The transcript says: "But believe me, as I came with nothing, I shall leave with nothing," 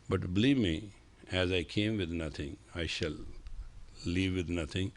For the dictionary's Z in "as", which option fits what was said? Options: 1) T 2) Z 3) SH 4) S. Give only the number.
2